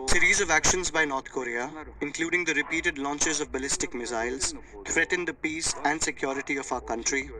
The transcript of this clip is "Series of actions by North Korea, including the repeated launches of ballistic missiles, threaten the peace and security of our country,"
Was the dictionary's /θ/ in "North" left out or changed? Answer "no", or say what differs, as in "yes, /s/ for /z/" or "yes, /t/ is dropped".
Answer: yes, /t/ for /θ/